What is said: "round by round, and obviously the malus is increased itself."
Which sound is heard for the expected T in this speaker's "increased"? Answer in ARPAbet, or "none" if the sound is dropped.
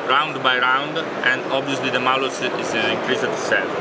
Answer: none